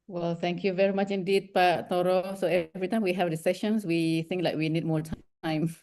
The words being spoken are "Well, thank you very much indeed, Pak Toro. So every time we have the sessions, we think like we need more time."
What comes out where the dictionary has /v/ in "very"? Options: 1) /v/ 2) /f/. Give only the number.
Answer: 1